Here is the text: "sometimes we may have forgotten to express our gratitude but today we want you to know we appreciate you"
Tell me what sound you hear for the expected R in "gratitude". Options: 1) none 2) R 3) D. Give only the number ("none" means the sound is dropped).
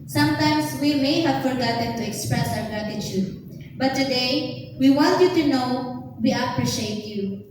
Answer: 1